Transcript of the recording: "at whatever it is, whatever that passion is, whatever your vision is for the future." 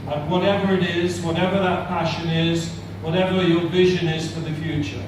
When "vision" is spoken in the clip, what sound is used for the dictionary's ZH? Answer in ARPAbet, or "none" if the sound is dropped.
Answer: ZH